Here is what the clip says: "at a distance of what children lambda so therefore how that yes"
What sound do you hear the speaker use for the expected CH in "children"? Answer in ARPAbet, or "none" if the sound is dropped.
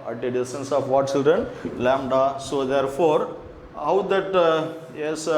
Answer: CH